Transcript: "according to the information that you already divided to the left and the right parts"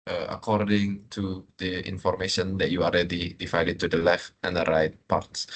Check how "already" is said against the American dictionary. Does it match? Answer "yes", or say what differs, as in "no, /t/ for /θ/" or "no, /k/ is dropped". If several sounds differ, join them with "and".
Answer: no, /l/ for /ɹ/